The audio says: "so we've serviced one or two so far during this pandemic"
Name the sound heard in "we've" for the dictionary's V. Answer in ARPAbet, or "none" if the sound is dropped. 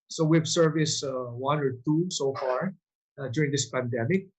B